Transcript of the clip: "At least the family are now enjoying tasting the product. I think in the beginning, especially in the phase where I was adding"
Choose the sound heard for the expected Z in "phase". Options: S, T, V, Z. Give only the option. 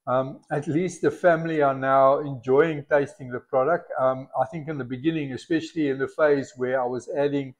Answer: Z